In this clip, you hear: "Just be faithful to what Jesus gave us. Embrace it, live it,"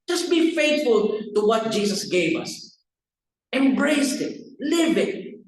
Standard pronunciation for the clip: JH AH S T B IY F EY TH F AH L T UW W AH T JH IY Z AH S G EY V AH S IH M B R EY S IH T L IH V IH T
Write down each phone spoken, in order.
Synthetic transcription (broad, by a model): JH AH S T B IY F EY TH F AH L T UW W AH T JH IY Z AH S G EY V AH S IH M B R EY S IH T L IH B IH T